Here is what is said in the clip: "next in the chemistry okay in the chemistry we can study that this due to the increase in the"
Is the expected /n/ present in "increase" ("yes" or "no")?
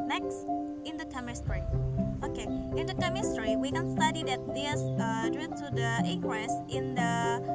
no